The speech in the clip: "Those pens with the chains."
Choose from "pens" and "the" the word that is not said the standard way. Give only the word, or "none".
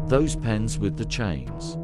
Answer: none